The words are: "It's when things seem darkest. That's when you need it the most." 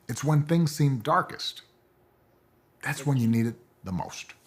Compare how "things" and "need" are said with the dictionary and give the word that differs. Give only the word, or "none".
none